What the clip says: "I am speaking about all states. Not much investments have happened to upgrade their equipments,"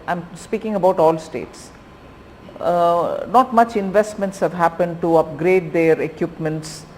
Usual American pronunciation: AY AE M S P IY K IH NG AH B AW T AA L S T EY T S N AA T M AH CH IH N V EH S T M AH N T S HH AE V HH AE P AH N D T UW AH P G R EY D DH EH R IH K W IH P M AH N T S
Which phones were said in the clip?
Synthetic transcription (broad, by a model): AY M S P IY K IH NG AH B AW T AA L S T EY T S N AA T M AH CH IH N V EH S T M AH N T S HH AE V HH AE P AH N D T UW AH P G R EY D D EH R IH K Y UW P M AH N T S